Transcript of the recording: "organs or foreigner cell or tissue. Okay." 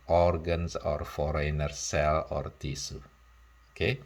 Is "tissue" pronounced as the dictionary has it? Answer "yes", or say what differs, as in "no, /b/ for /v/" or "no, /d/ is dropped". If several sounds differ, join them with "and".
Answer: no, /s/ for /ʃ/